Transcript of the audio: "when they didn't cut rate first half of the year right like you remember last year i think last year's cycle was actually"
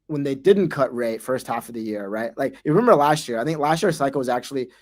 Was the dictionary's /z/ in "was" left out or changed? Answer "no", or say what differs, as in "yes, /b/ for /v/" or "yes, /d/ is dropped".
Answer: no